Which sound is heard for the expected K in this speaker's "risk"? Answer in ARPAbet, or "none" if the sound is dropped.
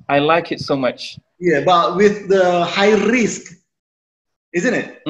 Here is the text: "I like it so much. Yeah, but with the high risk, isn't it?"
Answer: K